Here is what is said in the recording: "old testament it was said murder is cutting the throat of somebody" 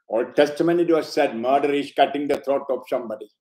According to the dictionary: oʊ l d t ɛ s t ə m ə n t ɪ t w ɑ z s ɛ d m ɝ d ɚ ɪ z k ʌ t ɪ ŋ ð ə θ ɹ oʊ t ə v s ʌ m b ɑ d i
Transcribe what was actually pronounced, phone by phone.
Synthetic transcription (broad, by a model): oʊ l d t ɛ s t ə m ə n ɪ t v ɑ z s ɛ d m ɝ d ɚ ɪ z k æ t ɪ ŋ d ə t ɹ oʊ t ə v s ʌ m b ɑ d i